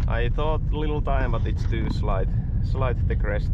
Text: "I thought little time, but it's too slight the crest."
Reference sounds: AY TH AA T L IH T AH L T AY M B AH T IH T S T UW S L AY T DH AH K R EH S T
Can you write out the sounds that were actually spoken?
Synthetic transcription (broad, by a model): AY TH AA T L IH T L T AY M B AH T IH T S T UW S L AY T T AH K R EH S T